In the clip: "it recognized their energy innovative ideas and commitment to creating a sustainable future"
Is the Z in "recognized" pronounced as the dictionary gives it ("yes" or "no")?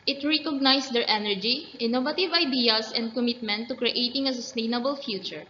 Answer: no